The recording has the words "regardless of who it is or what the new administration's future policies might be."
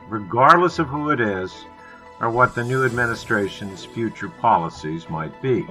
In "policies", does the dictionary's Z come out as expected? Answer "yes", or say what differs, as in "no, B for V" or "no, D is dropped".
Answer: yes